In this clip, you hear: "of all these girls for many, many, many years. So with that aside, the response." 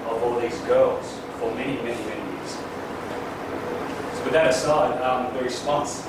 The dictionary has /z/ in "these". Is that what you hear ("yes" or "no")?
yes